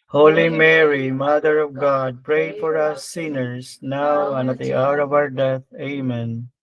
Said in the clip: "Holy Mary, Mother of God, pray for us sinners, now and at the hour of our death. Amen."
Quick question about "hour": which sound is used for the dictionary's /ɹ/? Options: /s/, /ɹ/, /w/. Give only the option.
/ɹ/